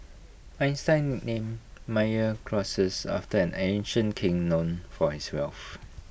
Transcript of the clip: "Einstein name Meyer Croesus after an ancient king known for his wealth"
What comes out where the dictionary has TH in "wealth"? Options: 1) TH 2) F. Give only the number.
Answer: 2